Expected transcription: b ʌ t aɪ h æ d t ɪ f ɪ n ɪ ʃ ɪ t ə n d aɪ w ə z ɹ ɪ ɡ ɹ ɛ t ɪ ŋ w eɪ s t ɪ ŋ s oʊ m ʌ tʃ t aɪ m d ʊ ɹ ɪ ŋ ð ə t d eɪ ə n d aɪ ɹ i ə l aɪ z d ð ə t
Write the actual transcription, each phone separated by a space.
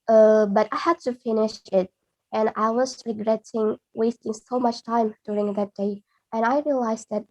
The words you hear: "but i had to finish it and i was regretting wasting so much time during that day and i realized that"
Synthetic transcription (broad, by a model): b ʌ t aɪ h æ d t ɪ f ɪ n ɪ ʃ ɪ t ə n aɪ w ə z ɹ ɪ ɡ ɹ ɛ t ɪ ŋ w eɪ s t ɪ ŋ s oʊ m ʌ tʃ t aɪ m d ʊ ɹ ɪ ŋ ð ə t d eɪ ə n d aɪ ɹ i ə l aɪ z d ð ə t